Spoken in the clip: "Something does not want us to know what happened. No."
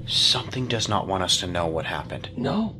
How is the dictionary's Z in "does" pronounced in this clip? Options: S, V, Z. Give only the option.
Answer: Z